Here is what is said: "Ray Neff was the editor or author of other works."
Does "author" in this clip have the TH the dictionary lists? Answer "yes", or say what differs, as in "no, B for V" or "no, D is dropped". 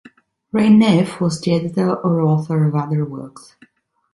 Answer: yes